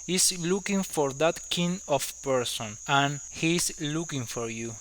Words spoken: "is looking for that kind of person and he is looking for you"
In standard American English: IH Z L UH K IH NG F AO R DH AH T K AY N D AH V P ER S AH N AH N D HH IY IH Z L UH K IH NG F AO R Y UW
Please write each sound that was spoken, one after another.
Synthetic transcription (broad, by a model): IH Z L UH K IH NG F AO R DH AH T K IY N AH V P ER S AH N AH N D HH IY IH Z L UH K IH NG F AO R Y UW